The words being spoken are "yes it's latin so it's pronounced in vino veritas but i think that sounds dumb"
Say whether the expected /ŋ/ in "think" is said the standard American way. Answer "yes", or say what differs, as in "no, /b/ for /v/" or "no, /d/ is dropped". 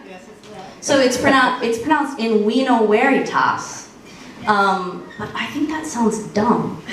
yes